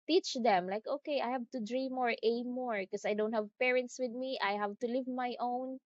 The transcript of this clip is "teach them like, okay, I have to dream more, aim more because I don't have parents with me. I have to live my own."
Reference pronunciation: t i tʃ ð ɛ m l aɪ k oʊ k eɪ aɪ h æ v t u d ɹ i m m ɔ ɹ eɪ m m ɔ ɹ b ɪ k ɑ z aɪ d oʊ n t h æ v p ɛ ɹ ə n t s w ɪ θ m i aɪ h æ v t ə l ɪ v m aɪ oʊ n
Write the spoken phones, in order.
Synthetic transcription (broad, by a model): t i tʃ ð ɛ m l aɪ k oʊ k eɪ aɪ h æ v t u d ɹ i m m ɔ ɹ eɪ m m ɔ ɹ k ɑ s aɪ d oʊ n t h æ v p ɛ ɹ ə n t s w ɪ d m i aɪ h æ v t ə l ɪ v m aɪ oʊ n